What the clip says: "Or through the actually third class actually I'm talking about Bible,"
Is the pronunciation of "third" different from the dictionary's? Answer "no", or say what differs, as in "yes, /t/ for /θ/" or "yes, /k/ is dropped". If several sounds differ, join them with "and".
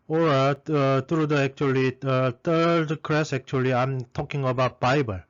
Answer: yes, /t/ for /θ/